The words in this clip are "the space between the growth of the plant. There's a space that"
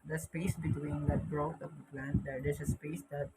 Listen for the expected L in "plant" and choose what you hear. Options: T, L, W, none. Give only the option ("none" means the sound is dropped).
L